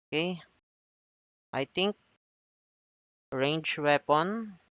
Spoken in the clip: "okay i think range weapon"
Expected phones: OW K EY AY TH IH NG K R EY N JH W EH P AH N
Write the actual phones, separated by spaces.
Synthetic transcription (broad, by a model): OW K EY AY T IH NG K R EY N JH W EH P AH N